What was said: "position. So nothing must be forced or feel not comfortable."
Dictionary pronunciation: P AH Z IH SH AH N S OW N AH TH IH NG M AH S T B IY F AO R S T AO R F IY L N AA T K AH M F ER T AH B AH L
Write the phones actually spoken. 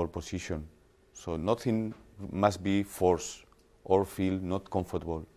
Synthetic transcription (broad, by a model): P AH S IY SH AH N S OW N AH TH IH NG M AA S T B IY F AO R S T AO R F IY L N AA T K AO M F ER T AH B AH L